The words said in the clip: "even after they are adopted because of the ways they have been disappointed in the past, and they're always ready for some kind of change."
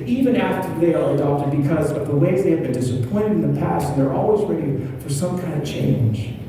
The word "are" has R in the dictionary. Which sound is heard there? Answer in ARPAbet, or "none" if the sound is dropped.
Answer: L